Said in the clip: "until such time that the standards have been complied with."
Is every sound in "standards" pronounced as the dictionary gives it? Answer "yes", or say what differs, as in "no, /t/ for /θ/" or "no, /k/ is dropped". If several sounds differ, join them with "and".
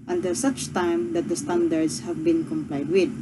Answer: no, /s/ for /z/